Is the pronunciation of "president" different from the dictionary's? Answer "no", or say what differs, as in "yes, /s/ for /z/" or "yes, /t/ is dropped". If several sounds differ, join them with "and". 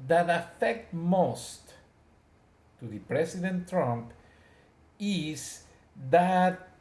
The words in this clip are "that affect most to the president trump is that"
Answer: yes, /s/ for /z/